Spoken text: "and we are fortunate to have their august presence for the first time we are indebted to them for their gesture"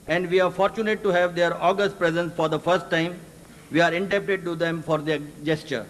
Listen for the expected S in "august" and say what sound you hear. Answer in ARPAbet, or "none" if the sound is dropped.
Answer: S